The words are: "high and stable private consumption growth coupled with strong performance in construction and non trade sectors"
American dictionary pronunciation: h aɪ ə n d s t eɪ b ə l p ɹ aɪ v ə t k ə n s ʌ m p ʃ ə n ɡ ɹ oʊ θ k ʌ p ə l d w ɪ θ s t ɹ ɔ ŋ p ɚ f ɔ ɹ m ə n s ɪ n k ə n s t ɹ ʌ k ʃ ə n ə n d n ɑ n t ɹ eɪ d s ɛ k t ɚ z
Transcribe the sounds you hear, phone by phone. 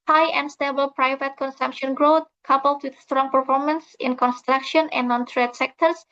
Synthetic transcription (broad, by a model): h aɪ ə n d s t eɪ b ə l p ɹ aɪ v ə t k ə n s ʌ m p ʃ ə n ɡ ɹ oʊ t k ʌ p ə l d w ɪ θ s t ɹ ɔ ŋ p ɚ f ɔ ɹ m ə n s ɪ n k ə n s t ɹ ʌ k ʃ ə n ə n n ɑ n t ɹ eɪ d s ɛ k t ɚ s